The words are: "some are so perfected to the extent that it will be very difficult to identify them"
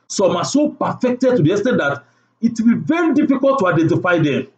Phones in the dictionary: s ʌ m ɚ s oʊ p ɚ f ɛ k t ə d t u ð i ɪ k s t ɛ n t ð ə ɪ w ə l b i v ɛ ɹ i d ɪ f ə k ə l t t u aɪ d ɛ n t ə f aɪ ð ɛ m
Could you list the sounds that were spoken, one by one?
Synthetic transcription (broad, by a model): s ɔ m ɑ s oʊ p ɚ f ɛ k t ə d t u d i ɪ s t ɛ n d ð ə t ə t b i v ɛ ɹ i d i f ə k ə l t t u aɪ d ɛ n t ə f aɪ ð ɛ m